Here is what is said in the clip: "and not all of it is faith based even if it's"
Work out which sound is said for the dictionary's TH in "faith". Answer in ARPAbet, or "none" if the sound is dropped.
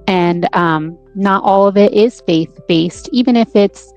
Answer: TH